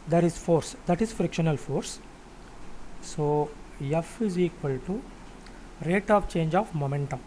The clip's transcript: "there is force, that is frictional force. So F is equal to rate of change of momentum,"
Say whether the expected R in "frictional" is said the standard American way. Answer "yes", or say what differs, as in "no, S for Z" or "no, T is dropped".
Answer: yes